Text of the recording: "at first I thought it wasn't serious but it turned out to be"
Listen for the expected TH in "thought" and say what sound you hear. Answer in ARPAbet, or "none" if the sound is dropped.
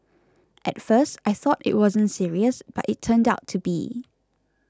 TH